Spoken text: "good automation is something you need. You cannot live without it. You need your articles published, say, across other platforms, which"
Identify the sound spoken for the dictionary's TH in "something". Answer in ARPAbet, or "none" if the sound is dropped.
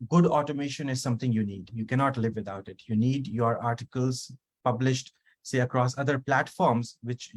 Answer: T